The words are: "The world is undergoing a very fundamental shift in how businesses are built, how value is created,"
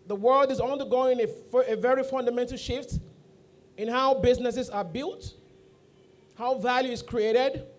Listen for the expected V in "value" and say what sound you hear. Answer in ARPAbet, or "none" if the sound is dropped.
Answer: V